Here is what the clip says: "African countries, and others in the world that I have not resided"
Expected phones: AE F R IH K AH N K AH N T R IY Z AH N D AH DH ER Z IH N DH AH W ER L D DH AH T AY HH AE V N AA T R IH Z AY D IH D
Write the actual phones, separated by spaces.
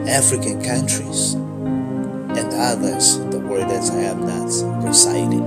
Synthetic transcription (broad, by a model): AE F R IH K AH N K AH N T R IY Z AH N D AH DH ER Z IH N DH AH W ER D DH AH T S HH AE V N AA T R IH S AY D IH